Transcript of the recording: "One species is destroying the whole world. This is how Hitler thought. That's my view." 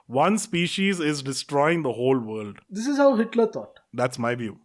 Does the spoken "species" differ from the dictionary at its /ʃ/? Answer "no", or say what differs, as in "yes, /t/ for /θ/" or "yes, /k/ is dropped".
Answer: no